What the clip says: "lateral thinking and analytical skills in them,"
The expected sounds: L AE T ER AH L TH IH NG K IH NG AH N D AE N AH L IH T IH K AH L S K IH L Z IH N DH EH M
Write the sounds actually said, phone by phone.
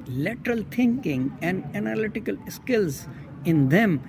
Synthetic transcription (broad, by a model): L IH T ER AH L T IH NG K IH NG AH N D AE N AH L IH T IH K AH L S K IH L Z IH N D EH M